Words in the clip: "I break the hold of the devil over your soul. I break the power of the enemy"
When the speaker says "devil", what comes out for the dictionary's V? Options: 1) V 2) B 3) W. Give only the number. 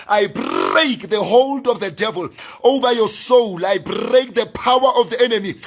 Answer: 1